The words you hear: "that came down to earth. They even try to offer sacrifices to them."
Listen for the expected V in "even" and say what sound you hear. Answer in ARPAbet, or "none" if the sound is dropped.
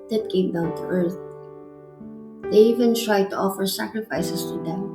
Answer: V